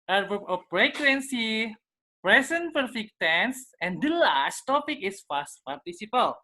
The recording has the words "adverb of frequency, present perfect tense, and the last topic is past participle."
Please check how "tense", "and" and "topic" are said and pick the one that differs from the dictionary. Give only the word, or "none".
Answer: none